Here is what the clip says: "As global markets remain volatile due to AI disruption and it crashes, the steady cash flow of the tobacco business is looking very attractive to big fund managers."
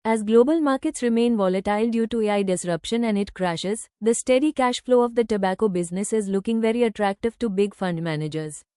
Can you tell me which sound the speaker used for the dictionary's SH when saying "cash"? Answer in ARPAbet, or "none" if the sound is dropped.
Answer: SH